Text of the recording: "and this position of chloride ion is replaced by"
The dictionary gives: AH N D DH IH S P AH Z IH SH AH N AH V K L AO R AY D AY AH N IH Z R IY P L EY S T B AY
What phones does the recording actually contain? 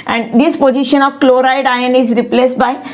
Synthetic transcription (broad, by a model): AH N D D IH S P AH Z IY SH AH N AH V K L AO R AY D AY AH N IH Z R IY P L EY S T B AY